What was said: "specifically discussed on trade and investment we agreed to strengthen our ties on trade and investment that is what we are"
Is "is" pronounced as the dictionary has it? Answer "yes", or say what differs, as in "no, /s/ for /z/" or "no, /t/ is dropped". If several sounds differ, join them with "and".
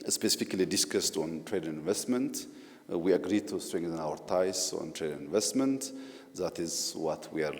yes